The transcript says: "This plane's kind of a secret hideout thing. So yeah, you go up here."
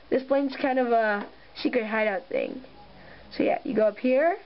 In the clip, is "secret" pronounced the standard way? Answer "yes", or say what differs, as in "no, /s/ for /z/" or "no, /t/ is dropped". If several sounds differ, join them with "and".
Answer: no, /ʃ/ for /s/ and /ɹ/ is dropped